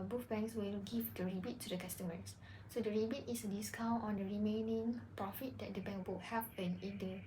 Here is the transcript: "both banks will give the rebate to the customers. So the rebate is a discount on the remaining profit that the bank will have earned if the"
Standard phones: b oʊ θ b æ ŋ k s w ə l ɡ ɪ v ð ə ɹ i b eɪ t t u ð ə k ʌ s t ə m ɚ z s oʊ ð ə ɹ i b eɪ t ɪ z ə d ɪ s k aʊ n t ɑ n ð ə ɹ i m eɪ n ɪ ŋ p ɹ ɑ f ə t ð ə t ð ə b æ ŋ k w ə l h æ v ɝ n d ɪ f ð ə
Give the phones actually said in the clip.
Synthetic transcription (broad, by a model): b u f b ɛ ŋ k s w ə l ɡ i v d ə ɹ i b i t t u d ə k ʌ s t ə m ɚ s s oʊ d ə ɹ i b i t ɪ s ə d ɪ s k aʊ n t ɑ n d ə ɹ i m eɪ n ɪ ŋ p ɹ ɑ f ə t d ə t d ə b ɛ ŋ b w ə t h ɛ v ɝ n ɪ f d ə